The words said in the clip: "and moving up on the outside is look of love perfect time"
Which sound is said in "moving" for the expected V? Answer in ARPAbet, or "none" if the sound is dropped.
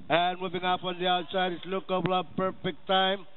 V